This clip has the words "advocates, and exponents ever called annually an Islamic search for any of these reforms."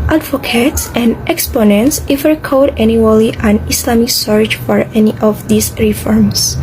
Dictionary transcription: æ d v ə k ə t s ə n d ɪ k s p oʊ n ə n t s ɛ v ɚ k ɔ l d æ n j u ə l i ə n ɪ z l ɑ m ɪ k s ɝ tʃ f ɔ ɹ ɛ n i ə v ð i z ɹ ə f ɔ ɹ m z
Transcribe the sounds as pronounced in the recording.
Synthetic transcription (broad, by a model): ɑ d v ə k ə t s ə n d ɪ k s p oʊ n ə n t s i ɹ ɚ k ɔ d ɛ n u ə l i ə n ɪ s l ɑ m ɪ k s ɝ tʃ f ɔ ɹ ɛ n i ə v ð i s ɹ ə f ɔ ɹ m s